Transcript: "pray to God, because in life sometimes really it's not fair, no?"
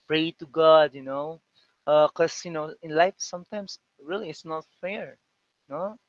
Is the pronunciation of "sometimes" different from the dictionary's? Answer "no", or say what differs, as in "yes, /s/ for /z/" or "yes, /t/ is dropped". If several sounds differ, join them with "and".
yes, /s/ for /z/